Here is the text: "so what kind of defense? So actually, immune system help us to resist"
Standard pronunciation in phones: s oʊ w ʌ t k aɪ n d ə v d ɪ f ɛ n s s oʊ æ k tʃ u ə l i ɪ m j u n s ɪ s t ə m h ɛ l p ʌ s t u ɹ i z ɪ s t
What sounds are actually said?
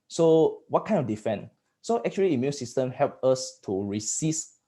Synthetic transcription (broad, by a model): s oʊ w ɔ t k aɪ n ə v d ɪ f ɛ n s s oʊ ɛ k tʃ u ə l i ɪ m j u n s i s t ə m h ɛ l p ʌ s t u ɹ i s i s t